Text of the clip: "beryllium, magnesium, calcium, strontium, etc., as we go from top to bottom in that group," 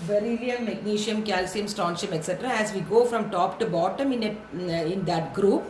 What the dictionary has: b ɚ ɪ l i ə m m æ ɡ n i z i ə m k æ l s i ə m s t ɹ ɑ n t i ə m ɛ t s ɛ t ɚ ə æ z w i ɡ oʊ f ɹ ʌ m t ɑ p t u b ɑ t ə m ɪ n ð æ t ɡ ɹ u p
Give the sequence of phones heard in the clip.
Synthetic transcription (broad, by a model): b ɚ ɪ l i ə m m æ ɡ n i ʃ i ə m k æ l s i ə m s t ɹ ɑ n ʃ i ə m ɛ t s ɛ t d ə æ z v i ɡ oʊ f ɹ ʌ m t ɑ p t u b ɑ t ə m ɪ n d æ t ɡ ɹ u p